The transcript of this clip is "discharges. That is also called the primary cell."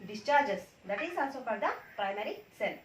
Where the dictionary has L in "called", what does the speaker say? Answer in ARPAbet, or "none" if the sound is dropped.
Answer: none